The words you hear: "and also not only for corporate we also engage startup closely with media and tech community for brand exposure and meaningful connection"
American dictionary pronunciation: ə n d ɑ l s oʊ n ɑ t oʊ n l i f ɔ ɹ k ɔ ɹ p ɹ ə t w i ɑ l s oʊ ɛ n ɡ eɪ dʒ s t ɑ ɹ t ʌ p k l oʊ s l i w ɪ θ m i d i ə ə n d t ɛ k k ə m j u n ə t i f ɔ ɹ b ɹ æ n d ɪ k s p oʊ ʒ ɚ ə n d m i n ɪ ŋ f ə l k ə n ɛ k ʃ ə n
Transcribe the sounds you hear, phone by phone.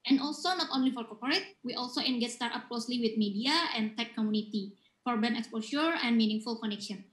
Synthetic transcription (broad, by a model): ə n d ɑ l s oʊ n ɑ t oʊ n l i f ɔ ɹ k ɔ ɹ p ɹ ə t w i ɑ l s oʊ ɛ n ɡ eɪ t s t ɑ ɹ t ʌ p k l oʊ s l i w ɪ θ m i d i ə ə n t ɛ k k ə m j u n ə t i f ɔ ɹ b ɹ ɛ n ɪ k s p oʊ ʃ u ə n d m i n ɪ ŋ f ə l k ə n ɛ k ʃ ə n